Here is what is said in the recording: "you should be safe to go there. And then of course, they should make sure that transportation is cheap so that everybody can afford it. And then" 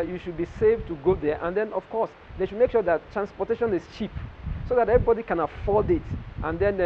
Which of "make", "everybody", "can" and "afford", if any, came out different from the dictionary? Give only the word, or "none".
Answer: afford